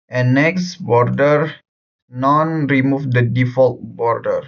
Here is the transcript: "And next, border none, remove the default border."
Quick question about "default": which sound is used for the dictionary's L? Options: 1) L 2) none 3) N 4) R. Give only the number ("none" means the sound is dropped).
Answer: 1